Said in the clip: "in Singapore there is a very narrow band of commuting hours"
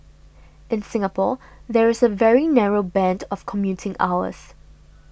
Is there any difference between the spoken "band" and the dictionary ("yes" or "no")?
no